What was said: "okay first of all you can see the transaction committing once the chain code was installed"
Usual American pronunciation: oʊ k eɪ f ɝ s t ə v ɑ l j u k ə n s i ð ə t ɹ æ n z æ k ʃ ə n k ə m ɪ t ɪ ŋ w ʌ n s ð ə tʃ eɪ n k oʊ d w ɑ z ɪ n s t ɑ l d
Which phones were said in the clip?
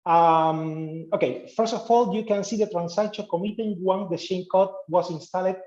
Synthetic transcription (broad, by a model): oʊ k eɪ f ɝ s t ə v ɑ l j u k ə n s i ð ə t ɹ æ n s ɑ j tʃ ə k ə m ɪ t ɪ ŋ w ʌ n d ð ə ʃ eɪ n k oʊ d w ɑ s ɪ n s t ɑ l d